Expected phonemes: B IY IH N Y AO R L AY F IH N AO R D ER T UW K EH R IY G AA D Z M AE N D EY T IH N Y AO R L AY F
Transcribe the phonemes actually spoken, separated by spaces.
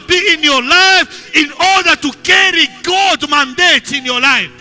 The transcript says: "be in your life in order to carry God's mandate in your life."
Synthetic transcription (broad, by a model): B IY IH N Y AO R L AY F IH N AO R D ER T UW K EH R IY G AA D M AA N D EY T IH N Y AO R L AY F